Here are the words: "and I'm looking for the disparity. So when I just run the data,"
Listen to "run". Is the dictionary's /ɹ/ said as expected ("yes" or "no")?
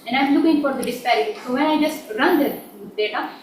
yes